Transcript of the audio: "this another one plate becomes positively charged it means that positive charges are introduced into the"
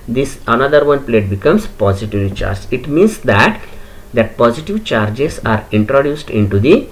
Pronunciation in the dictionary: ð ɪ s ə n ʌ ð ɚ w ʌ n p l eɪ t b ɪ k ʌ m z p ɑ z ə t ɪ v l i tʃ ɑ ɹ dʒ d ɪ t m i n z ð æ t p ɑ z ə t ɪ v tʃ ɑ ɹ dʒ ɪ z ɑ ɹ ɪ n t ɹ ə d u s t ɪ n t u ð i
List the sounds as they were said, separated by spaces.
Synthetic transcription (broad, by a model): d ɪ s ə n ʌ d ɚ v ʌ n p l eɪ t b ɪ k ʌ m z p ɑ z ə t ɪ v l i tʃ ɑ ɹ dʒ ɪ t m i n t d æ t p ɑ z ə t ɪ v tʃ ɑ ɹ dʒ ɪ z ɑ ɹ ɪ n t ɹ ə d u s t ɪ n t u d i